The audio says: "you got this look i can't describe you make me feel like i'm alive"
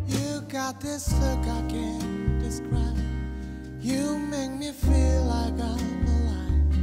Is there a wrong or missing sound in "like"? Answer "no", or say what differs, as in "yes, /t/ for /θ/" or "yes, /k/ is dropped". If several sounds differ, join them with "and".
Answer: no